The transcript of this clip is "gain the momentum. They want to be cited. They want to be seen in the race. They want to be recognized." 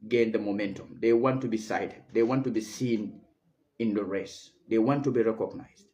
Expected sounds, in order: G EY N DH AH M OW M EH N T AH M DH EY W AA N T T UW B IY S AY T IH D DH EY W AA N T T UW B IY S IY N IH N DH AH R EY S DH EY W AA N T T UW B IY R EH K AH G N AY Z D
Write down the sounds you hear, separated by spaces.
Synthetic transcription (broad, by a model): G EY N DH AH M OW M EH N T AH M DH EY W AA N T T UW B IY S AY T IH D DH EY W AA N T T UW B IY S IY N IH N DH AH R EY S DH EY W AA N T T UW B IY R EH K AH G N AY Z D